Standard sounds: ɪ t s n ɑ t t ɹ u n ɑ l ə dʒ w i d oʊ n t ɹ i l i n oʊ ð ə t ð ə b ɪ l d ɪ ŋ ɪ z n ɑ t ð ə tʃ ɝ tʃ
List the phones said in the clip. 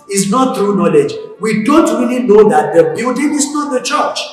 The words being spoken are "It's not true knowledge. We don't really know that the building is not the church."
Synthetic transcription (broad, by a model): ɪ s n ɑ t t ɹ u n ɑ l ə dʒ w i d oʊ n t ɹ i l i n oʊ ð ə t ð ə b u d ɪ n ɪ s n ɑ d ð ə tʃ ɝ tʃ